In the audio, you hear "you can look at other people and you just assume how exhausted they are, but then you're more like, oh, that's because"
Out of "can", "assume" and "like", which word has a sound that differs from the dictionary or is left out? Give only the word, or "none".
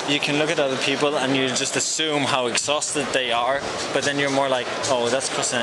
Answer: none